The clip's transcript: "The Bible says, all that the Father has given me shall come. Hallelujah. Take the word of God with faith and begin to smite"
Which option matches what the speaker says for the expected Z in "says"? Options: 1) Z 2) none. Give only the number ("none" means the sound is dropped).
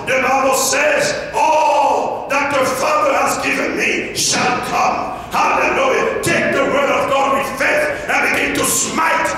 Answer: 1